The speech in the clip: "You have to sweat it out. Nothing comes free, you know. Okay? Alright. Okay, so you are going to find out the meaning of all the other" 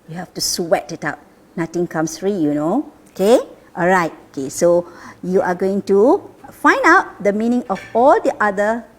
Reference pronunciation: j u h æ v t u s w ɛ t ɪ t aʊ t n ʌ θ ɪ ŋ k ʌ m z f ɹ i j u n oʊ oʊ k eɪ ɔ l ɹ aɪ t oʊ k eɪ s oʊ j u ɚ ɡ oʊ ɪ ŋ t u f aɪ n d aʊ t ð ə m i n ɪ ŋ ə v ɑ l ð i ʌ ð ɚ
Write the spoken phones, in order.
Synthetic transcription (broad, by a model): j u h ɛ f t u s w ɛ t ɪ t aʊ t n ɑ t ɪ ŋ k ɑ m s f ɹ i j u n oʊ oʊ k eɪ ɔ l ɹ aɪ t oʊ k eɪ s oʊ j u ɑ ɡ oʊ ɪ ŋ t u f aɪ n d aʊ t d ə m i n ɪ ŋ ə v ɑ l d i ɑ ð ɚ